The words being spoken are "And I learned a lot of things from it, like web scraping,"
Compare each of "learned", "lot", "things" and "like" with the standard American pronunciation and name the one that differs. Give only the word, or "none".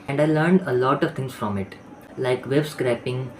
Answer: things